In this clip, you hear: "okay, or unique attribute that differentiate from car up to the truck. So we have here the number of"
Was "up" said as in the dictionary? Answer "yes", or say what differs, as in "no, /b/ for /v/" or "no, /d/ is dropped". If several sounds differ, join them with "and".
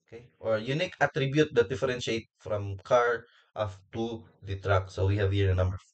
no, /f/ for /p/